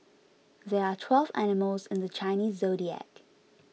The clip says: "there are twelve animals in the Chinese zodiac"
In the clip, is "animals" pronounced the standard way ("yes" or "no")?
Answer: yes